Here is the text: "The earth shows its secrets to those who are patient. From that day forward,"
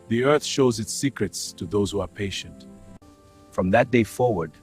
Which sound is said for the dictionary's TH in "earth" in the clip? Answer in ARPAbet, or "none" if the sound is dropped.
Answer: TH